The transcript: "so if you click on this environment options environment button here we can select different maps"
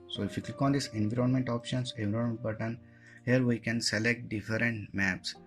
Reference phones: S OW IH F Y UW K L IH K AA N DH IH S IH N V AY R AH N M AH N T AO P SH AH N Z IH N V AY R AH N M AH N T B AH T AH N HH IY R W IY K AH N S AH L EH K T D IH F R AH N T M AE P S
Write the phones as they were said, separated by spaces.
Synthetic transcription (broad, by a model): S OW IH F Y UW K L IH K AA N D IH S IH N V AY R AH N M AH N T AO P SH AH N S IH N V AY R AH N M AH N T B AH T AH N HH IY R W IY K AH N S AH L EH K T D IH F R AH N T M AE P S